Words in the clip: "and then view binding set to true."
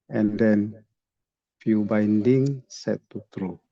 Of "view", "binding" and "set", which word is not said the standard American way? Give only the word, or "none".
view